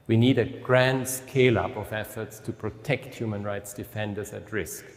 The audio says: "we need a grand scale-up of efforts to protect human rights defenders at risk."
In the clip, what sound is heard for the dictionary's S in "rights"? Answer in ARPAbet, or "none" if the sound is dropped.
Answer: S